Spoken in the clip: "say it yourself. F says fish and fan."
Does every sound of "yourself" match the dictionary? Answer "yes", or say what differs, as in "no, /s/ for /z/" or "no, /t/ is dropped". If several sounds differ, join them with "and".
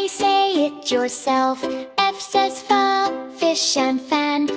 yes